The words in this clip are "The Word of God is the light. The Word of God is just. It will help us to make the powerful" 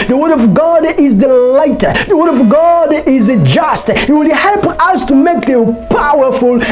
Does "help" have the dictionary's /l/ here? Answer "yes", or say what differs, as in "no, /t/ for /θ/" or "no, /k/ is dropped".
yes